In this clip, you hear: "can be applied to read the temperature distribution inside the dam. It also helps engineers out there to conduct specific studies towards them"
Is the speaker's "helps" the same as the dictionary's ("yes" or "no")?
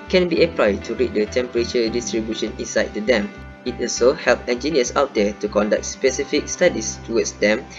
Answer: no